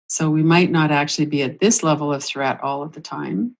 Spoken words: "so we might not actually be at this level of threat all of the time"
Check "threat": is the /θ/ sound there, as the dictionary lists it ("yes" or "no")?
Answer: yes